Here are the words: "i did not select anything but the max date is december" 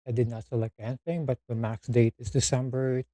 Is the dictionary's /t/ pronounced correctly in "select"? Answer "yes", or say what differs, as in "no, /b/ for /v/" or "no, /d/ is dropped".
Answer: no, /t/ is dropped